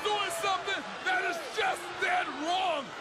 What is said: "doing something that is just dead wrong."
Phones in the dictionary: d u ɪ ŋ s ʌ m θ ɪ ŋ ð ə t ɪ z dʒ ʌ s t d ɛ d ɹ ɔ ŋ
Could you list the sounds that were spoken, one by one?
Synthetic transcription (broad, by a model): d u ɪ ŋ s ʌ m θ ɪ ŋ ð ə t ɪ z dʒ ʌ s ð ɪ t ɹ ɔ ŋ